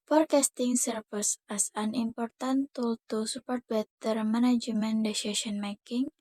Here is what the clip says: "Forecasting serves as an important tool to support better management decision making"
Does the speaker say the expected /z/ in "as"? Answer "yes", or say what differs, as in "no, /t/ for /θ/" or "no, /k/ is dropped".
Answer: no, /s/ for /z/